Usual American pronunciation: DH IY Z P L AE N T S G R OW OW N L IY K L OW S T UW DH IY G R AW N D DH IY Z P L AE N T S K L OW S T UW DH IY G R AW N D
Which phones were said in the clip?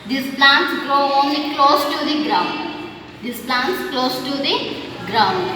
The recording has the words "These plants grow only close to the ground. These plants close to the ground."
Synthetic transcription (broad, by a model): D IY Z P L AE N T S G R OW OW N L IY K L OW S T UW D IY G R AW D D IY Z P L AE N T S K L OW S T UW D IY G R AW N D